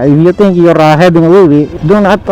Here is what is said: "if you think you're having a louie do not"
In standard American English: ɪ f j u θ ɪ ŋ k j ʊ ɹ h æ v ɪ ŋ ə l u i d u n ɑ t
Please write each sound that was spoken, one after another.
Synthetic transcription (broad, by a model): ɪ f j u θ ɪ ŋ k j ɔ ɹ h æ b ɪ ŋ ə w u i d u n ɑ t